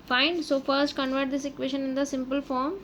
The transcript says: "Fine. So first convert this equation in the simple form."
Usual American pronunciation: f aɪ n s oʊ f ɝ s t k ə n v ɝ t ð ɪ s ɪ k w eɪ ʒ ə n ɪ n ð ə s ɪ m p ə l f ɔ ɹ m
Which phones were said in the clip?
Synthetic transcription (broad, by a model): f aɪ n s oʊ f ɝ s t k ə n v ɝ t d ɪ s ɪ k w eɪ ʃ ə n ɪ n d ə s ɪ m p ə l f ɔ ɹ m